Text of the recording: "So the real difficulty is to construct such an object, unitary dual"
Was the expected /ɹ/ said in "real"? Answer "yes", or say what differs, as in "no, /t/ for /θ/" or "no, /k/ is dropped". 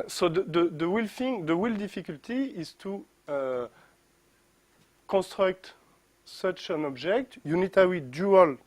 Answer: no, /w/ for /ɹ/